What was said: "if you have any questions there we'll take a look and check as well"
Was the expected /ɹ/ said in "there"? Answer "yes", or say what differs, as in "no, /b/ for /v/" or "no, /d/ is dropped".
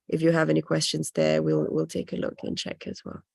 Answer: no, /l/ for /ɹ/